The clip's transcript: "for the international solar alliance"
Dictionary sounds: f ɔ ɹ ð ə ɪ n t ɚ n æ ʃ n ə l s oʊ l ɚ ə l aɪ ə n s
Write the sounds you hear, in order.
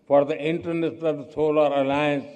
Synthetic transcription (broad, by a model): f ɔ ɹ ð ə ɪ n t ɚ n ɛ s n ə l s oʊ l ɚ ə l aɪ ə n s